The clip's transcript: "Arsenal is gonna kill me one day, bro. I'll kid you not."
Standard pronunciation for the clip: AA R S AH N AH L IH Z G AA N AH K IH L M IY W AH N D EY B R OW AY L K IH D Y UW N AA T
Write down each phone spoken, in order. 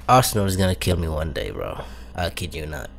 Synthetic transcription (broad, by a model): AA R S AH N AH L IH Z G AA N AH K IH L M IY W AH N D EY B R OW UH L K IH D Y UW N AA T